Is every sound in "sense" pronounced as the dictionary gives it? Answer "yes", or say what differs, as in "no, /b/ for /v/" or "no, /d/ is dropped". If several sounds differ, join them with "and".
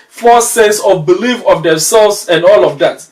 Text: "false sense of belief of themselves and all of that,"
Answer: no, /n/ is dropped